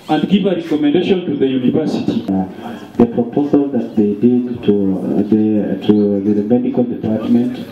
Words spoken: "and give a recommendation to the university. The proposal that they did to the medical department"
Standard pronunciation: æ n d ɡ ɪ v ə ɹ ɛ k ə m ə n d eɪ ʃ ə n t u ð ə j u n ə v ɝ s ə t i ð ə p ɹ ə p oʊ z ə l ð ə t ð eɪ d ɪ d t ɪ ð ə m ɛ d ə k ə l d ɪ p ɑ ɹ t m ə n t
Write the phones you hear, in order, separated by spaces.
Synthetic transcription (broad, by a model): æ n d ɡ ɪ v ə ɹ ɛ k ə m ə n d eɪ ʃ ə n t u ð ə j u n ə v ɝ s ə t i ð ə p ɹ ə p oʊ z ə l ð ə t ð eɪ d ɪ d t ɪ ð ə m ɛ d ə k ə l d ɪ p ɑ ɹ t m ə n t